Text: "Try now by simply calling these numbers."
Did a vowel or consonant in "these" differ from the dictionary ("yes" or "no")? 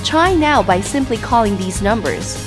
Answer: no